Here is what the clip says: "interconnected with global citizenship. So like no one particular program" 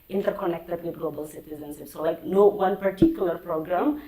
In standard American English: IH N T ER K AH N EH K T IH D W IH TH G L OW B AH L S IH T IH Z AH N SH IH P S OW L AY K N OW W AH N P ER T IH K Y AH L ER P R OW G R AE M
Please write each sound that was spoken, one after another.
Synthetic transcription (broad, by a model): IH N T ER K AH N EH K T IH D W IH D G L OW B AH L S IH T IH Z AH N S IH S OW L AY K N OW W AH N P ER T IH K Y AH L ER P R OW G R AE M